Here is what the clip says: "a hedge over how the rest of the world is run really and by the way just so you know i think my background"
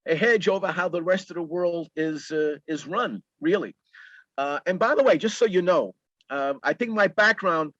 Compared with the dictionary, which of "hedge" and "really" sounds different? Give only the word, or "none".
none